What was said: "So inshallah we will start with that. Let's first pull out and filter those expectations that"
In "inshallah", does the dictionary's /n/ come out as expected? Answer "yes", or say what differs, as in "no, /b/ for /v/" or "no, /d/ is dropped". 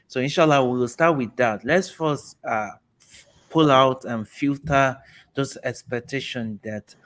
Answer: yes